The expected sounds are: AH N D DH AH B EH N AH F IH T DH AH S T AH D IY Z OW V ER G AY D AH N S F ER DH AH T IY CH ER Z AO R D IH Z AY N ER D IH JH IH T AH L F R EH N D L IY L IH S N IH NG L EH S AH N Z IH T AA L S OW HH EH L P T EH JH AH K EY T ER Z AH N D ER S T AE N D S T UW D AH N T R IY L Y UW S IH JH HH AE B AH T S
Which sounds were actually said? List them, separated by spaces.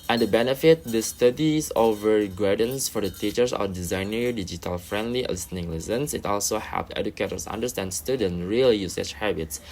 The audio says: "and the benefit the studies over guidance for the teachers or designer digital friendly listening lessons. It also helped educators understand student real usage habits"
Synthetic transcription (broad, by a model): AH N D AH B EH N AH F IH T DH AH S T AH D IY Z OW V ER G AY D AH N S F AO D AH T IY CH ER S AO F D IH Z AY N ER D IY JH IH T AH L F R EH N D L IY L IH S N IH NG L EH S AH N S IH T AA L S OW HH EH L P EH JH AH K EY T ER S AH N D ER S T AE N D S T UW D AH N R IY L Y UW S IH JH HH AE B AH T S